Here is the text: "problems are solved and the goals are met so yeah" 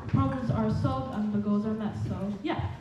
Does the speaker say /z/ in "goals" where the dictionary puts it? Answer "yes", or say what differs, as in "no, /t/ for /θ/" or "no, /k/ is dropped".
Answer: yes